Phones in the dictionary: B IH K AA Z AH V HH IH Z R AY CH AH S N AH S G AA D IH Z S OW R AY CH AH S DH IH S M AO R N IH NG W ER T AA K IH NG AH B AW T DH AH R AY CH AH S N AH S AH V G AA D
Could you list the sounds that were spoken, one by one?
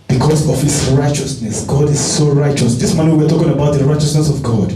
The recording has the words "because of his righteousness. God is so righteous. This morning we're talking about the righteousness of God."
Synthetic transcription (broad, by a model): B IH K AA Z AH V HH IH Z R AY CH AH S N AH S G AA D IH Z S OW R AY CH AH S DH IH S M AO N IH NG W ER T AA K IH NG AH B AW T DH AH R AY CH AH S N AH S AH V G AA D